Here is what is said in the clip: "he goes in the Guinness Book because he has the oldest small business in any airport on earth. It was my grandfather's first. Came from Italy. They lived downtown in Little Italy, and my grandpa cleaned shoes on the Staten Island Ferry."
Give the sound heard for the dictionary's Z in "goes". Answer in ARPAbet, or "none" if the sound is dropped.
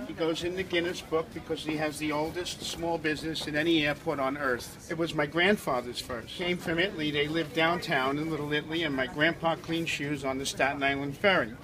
Z